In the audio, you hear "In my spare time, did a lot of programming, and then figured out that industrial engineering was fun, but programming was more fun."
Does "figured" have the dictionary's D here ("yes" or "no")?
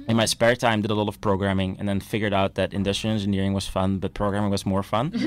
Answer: yes